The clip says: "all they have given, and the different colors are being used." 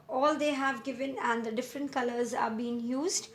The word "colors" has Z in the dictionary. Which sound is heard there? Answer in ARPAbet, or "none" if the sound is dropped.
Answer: Z